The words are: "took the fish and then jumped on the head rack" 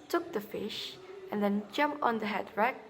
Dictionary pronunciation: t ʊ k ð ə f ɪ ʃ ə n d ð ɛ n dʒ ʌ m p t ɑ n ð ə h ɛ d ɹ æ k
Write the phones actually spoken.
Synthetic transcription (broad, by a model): t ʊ k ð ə f ɪ ʃ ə n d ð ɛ n dʒ ʌ m p t ɑ n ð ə h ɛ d ɹ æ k